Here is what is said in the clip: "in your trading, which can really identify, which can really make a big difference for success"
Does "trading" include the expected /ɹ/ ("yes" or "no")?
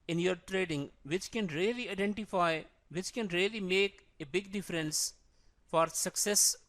yes